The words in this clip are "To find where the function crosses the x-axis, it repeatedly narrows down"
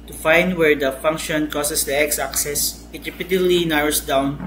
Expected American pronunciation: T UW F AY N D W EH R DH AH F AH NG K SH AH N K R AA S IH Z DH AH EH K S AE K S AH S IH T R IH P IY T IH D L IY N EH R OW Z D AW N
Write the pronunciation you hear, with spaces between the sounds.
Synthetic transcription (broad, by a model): T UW F AY N D W EH R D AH F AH NG K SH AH N K AA S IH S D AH EH K S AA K S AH S IH T R IH P IY T IH D L IY N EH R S D AW N